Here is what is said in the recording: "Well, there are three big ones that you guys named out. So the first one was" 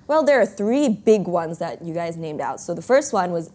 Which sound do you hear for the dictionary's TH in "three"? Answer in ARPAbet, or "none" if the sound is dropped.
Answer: TH